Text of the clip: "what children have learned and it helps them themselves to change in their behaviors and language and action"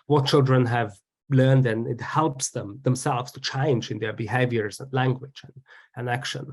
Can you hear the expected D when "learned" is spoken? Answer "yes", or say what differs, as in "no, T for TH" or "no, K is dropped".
yes